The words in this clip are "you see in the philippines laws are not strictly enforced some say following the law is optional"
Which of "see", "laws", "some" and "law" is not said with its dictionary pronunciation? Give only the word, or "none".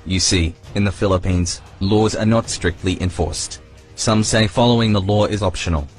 none